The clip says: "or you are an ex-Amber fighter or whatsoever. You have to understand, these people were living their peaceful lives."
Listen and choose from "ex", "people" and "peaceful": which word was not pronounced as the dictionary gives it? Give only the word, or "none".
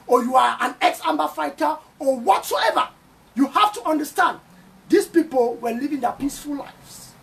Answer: none